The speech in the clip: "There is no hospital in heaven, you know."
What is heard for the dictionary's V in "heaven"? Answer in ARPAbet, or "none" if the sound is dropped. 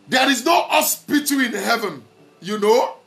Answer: V